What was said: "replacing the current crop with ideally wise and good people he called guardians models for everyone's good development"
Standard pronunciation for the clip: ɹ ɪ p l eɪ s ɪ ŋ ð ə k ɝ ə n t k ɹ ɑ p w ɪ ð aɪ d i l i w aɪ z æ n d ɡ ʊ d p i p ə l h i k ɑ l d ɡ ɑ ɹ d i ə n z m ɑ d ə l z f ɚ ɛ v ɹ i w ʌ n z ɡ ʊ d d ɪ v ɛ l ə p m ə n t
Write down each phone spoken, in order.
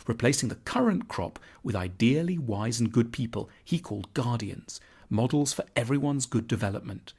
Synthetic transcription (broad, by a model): ɹ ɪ p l eɪ s ɪ ŋ ð ə k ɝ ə n k ɹ ɑ p w ɪ ð aɪ d i l i w aɪ z n ɡ ʊ d p i p ə l h i k ɑ l d ɡ ɑ ɹ d i ə n z m ɑ d l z f ɚ ɛ v ɹ i w ʌ n z ɡ ʊ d d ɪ v ɛ l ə p m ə n t